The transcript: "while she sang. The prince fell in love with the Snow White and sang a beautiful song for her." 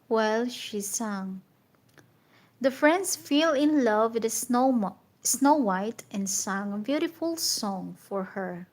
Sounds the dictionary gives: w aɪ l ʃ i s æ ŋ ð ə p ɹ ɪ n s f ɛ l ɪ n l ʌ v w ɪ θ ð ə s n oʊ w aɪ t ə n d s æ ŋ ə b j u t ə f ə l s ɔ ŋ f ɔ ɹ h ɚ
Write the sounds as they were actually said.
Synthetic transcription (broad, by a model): w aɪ l ʃ i s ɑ ŋ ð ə f ɹ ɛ n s f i l ɪ n l ʌ v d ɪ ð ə s n oʊ w aɪ t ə n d s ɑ ŋ ə b j u t ə f ə l s ɔ ŋ f ɔ ɹ h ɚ